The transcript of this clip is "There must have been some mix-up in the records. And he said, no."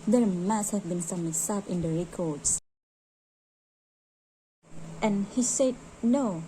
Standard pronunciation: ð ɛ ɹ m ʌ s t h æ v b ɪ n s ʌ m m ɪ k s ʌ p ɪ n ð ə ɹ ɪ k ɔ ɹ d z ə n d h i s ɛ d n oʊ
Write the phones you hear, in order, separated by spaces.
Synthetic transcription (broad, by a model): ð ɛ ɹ m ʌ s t h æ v b ɪ n s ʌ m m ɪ s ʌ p ɪ n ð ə ɹ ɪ k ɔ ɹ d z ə n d h i s ɛ d n oʊ